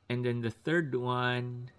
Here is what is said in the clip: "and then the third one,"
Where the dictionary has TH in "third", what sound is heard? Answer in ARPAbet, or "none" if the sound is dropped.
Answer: TH